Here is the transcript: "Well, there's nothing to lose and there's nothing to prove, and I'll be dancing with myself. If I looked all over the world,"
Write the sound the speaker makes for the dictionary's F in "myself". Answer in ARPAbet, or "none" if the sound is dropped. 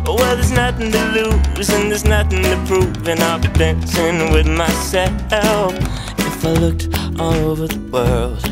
none